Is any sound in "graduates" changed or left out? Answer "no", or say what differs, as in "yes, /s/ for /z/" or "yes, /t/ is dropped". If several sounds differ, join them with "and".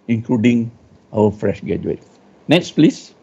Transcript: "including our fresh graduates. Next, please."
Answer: yes, /ɹ/ is dropped